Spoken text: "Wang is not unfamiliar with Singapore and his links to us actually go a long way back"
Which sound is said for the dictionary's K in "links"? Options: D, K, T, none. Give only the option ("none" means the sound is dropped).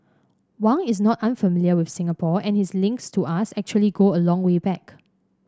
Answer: K